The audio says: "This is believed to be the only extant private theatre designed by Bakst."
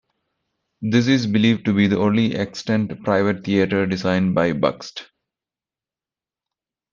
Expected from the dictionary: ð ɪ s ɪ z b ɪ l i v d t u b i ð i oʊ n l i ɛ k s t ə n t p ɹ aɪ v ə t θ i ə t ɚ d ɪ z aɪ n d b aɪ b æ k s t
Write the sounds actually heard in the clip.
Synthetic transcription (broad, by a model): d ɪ s ɪ z b ɪ l i v d t u b i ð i oʊ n l i ɛ k s t ə n t p ɹ aɪ v ə t t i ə t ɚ d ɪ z aɪ n d b aɪ b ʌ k s t